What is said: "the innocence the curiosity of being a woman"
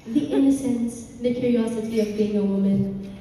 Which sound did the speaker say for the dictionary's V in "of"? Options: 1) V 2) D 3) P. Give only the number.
1